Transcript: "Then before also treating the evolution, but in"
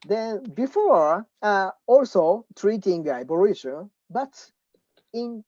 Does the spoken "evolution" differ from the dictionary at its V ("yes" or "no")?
yes